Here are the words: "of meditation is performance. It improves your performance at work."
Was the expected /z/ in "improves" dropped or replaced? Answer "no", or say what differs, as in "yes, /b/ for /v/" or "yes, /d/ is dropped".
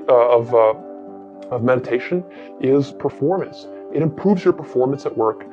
no